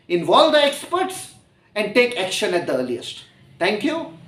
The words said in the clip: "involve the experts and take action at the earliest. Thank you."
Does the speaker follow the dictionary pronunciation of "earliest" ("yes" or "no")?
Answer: yes